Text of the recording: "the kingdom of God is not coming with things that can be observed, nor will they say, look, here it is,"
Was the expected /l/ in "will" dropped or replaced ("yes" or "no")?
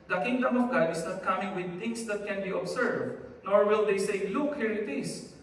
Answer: no